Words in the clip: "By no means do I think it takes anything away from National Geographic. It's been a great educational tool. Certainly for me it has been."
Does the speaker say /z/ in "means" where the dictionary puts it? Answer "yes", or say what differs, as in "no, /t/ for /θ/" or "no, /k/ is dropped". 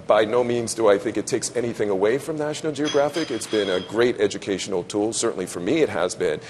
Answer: yes